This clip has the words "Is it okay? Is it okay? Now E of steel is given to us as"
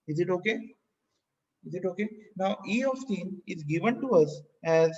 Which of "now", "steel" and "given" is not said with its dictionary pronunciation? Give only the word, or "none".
steel